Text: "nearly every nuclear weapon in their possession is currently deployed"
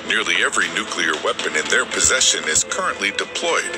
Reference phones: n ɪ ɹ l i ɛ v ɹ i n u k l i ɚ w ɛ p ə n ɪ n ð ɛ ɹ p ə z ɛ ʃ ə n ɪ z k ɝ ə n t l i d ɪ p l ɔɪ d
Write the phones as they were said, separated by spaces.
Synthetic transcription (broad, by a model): n ɪ ɹ l i ɛ v ɹ i n u k l i ɚ w ɛ p ə n ɪ n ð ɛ ɹ p ə z ɛ ʃ ə n ɪ z k ɝ ə n t l i d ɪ p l ɔɪ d